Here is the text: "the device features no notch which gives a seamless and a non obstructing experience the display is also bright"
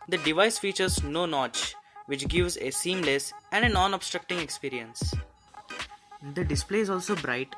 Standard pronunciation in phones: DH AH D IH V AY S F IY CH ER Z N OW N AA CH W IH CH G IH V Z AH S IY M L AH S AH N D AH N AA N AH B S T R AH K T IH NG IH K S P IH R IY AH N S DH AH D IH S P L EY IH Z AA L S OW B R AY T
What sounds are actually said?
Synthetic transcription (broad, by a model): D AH D IH V AY S F IY CH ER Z N OW N AA CH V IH CH G IH V Z AH S IY M L AH S AH N D AH N AA N AH B S T R AH K T IH NG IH K S P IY R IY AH N S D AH D IH S P L EY IH Z AA L S OW B R AY T